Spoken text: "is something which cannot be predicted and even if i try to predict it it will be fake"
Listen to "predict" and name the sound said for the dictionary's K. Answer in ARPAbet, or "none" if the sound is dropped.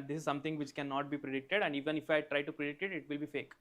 K